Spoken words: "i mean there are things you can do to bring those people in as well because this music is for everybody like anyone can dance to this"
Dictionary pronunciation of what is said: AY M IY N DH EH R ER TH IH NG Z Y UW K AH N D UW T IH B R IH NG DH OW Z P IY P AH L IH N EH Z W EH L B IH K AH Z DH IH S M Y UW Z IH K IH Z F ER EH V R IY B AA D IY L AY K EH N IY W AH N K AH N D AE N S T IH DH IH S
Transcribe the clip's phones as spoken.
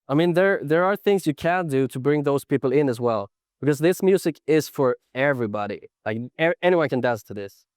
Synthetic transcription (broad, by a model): AY M IY N DH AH R ER TH IH NG Z Y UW K AH N D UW T IH B R IH NG DH OW Z P IY P L IH N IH Z W EH L B IH K AH Z DH IH S M Y UW Z IH K IH Z F ER EH V R IY B AA D IY L AY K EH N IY W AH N K AH N D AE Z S T IH DH IH S